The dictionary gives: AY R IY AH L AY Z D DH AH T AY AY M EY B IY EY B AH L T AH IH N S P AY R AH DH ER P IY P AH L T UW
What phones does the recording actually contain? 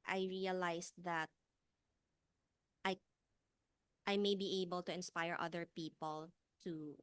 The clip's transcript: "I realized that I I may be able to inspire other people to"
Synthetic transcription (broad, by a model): AY R IY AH L AY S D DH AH T AY AY M EY B IY EY B AH L T AH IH N S P AY R AH DH ER P IY P AH L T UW